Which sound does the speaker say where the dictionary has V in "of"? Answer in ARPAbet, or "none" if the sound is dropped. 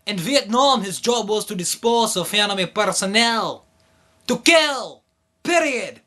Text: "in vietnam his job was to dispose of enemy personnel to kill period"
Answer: F